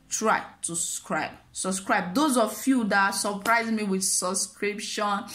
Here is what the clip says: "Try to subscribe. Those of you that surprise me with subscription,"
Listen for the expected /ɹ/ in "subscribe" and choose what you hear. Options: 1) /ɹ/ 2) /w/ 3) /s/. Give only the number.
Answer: 1